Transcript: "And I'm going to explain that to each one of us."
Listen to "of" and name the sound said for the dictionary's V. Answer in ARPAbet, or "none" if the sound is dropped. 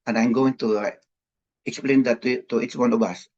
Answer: B